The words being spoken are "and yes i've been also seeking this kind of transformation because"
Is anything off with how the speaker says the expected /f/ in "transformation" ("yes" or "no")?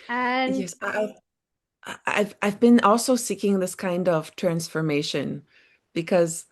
no